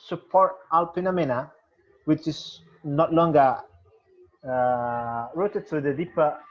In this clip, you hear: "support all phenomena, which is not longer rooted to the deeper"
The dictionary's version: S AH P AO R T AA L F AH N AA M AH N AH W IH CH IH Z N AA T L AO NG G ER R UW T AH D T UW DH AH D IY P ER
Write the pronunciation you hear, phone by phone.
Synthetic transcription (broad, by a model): S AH P AO R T AA L P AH N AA M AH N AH W IH CH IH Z N AA T L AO NG G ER R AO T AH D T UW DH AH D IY P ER